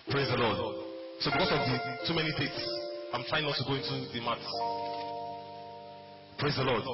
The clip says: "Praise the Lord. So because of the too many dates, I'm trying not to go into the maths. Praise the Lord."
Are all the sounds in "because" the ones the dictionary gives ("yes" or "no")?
no